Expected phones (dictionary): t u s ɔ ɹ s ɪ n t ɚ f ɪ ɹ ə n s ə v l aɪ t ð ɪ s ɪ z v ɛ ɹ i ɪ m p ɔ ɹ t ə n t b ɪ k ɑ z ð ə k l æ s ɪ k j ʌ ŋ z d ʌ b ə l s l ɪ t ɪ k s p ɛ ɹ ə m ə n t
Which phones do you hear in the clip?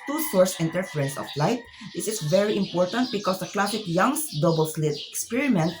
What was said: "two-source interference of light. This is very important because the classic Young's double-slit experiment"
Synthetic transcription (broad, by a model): t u s ɔ ɹ s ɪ n t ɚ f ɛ ɹ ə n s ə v l aɪ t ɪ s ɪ s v ɛ ɹ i ɪ m p ɔ ɹ t ə n t b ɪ k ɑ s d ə k l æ s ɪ k j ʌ ŋ s d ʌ b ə l s l ɪ t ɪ k s p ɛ ɹ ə m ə n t